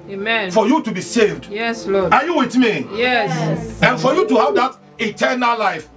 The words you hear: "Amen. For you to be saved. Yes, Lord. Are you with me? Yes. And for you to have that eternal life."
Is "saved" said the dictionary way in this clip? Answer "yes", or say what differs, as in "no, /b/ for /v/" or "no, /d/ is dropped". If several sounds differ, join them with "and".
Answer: yes